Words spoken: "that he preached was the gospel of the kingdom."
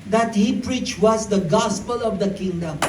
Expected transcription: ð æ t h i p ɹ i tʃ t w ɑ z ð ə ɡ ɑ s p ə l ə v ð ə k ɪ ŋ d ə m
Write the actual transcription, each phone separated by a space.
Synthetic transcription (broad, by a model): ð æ t h i p ɹ i tʃ t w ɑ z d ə ɡ ɑ s p ə l ə v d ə k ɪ ŋ d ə m